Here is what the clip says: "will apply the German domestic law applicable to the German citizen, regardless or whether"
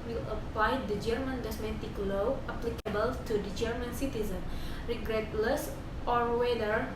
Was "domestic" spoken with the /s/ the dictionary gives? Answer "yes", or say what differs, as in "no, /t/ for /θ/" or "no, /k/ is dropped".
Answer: no, /s/ is dropped